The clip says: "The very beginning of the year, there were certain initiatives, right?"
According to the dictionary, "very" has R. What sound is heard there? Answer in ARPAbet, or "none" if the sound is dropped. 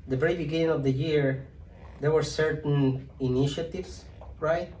none